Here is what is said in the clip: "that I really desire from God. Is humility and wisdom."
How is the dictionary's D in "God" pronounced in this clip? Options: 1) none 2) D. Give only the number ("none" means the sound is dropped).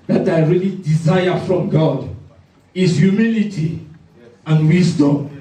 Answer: 2